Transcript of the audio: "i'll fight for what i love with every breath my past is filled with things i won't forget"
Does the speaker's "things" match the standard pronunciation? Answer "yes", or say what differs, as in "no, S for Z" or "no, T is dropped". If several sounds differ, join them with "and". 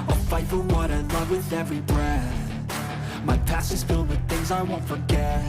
yes